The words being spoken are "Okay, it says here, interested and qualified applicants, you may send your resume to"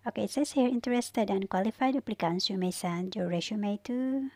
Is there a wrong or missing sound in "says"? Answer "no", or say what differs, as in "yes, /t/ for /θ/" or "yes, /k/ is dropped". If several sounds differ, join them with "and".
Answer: yes, /z/ is dropped